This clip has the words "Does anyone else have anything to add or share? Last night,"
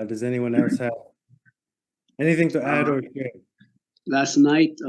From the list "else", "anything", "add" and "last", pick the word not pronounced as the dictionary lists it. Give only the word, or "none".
none